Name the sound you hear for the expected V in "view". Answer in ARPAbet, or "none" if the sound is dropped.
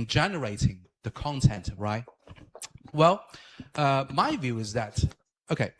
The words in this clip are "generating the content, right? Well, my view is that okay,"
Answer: V